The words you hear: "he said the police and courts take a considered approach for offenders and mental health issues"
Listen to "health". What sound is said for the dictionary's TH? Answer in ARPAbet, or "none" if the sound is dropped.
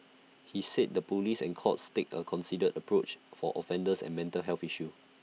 F